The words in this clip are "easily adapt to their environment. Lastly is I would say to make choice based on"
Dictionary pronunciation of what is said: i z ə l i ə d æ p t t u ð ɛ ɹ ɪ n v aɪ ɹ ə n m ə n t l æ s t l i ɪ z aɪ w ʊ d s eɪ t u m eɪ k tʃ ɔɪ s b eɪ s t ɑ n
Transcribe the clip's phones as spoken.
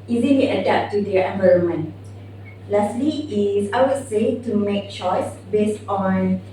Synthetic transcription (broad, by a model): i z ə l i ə d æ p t t u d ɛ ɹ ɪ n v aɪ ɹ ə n m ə n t l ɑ s t l i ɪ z aɪ w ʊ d s eɪ t u m eɪ k tʃ ɔɪ s b eɪ s t ɑ n